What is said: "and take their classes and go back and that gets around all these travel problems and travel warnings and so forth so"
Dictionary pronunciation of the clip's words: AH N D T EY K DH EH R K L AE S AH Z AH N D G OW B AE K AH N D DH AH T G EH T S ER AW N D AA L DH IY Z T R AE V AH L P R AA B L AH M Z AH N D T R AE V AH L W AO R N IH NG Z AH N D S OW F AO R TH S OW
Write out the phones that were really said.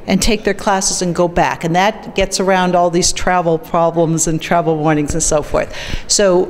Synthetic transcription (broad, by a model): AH N T EY K DH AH R K L AE S AH Z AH N G OW B AE K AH N DH AH T G EH T S ER AW N D AA L DH IY Z T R AE V L P R AA B L AH M Z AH N T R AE V L W AO R N IH NG Z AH N S OW F AO R TH S OW